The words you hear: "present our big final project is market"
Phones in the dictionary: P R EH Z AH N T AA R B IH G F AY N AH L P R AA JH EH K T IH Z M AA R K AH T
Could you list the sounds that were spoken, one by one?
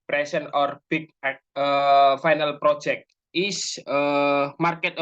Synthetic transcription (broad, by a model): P R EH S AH N AA R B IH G F AY N AH L P R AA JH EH K T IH S M AA R K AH T